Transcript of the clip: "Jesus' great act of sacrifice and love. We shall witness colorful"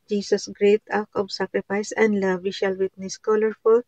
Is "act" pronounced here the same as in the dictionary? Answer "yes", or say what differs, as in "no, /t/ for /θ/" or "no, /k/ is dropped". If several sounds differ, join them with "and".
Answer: no, /t/ is dropped